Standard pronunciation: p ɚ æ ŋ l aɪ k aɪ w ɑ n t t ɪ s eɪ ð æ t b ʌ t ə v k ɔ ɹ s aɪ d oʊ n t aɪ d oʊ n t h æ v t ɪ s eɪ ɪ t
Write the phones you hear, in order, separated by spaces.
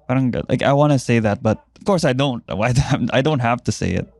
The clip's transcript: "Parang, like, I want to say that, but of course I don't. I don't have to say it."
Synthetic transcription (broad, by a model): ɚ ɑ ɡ l aɪ k aɪ w ɑ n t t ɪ s eɪ ð æ t b ʌ t ə v k ɔ ɹ s aɪ d oʊ n t aɪ d oʊ n t h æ f t ɪ s eɪ ɪ t